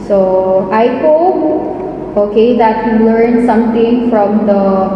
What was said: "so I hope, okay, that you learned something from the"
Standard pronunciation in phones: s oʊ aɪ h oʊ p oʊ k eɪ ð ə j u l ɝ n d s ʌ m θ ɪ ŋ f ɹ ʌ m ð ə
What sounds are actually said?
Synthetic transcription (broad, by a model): s oʊ aɪ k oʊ oʊ k eɪ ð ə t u l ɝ n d s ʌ m t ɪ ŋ f ɹ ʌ m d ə